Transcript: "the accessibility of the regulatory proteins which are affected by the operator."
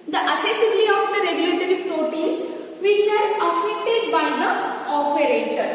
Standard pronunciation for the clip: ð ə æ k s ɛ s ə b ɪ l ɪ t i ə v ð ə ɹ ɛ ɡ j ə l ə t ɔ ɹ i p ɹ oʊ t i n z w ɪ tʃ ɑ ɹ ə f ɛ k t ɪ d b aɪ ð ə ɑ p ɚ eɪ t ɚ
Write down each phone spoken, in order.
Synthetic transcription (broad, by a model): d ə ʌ s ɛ s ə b l i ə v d ə ɹ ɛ ɡ j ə l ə t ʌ ɹ i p ɹ oʊ t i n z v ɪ tʃ ɑ ɹ ə f ɛ k t ɪ d b aɪ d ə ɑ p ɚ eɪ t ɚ